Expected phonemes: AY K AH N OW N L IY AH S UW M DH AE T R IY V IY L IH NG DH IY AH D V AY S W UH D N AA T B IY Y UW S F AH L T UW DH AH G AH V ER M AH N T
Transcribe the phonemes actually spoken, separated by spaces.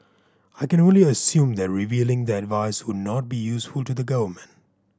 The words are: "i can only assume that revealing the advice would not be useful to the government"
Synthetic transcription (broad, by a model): AY K AH N OW N L IY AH S UW M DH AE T R IY V IY L IH NG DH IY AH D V AY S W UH D N AA T B IY Y UW S F AH L T UW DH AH G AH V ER M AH N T